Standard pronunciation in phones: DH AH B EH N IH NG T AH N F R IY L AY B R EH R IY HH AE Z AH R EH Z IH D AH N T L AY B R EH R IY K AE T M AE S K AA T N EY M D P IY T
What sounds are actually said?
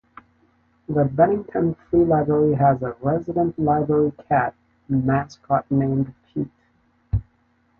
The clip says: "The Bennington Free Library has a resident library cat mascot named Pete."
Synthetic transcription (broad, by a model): DH AH B EH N IH NG T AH N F R IY L AY B R EH R IY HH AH Z AH R EH Z IH D AH N T L AY B R EH R IY K AE T M AE S K AA T N EY M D P IY T